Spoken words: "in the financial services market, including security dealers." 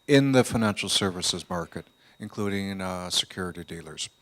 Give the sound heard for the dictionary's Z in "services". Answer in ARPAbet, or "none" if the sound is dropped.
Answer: Z